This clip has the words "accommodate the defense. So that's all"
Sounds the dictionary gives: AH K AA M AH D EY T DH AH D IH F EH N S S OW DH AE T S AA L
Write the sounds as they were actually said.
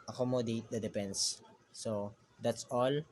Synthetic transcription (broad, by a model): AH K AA M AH D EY T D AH D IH P EH N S S OW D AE T S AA L